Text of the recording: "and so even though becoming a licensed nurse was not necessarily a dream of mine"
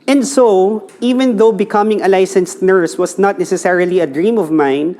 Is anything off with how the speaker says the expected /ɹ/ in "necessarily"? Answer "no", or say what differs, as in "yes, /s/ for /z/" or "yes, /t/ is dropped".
no